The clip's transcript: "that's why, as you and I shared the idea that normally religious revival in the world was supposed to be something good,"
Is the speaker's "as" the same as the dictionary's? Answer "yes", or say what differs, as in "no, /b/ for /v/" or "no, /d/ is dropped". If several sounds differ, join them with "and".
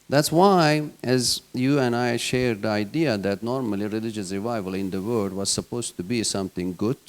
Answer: yes